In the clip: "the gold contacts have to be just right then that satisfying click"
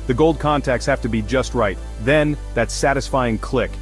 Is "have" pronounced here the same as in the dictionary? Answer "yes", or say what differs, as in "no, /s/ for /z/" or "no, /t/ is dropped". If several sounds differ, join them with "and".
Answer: no, /f/ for /v/